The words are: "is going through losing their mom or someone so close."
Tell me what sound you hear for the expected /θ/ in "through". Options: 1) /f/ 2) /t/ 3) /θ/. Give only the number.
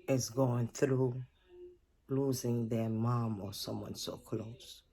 3